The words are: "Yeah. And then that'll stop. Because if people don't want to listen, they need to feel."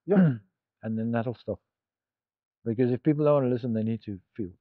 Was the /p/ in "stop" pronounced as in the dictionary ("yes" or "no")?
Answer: no